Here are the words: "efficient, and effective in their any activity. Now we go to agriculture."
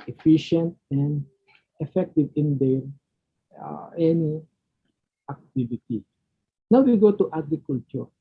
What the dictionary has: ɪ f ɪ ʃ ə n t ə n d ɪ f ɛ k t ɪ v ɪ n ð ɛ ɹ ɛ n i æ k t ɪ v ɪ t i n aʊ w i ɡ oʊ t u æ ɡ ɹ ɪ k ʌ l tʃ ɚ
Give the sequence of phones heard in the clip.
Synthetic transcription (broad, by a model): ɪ f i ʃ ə n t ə n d ɪ f ɛ k t ɪ v ɪ n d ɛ l ɛ n i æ k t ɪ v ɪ t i n aʊ w i ɡ oʊ t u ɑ ɡ ɹ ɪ k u l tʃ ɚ